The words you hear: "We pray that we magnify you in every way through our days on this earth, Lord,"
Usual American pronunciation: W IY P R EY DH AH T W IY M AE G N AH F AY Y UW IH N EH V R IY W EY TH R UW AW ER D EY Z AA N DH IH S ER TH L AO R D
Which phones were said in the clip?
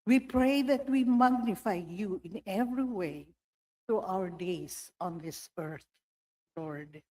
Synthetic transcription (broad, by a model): W IY P R EY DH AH T W IY M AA G N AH F AY Y UW IH N EH V R IY W EY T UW AW ER D EY S AA N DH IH S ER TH L AO R D